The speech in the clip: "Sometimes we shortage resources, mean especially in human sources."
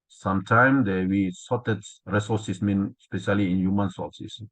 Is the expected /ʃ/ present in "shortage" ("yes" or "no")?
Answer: no